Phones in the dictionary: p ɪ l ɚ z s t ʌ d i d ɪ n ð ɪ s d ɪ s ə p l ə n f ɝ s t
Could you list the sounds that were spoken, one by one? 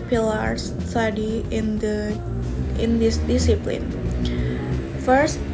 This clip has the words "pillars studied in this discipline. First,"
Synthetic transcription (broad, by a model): p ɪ l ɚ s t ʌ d i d ɪ n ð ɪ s d ɪ s ə p l ə n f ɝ s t